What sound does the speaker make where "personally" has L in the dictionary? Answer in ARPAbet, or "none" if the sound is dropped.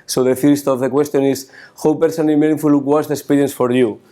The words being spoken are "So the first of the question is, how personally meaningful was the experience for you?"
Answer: none